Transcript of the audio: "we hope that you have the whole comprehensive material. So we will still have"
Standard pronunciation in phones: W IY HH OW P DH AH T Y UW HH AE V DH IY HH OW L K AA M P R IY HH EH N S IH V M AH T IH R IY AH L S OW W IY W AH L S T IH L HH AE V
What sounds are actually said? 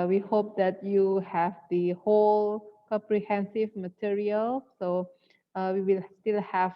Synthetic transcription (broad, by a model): W IY HH OW P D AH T Y UW HH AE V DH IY HH OW L K AA M P R IY HH EH N S IH V M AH T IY R IY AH L S OW W IY W AH L S T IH L HH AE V